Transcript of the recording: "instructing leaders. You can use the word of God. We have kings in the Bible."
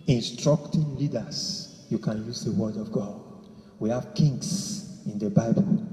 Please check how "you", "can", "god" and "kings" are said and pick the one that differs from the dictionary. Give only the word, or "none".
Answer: kings